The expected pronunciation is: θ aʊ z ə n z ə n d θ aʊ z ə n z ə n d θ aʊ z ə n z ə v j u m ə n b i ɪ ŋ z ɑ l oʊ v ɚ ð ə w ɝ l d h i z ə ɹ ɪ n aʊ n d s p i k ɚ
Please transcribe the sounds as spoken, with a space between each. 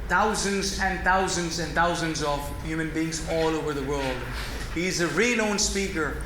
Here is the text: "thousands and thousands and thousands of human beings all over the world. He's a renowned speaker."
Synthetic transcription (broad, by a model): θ aʊ z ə n z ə n θ aʊ z ə n z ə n θ aʊ z ə n z ə v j u m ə n b i ɪ ŋ z ɑ l oʊ v ɚ ð ə w ɝ l d h i z ə ɹ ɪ n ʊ n s p i k ɚ